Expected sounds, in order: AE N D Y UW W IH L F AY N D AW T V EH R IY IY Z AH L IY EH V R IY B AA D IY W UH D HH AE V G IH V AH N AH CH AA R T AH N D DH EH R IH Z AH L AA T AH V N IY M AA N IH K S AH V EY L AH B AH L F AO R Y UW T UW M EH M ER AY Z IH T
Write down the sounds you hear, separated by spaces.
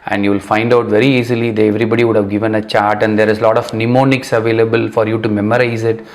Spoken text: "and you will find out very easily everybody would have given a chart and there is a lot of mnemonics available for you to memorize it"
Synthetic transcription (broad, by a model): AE N D Y UW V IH L F AY N D AW T V EH R IY IY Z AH L IY EH V R IY B AA D IY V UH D HH AE V G IH V AH N AH CH AA R T AH N D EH R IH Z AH L AA T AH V N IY M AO N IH K S AH V EY L AH B AH L F AO R Y UW T UW M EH M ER AY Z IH T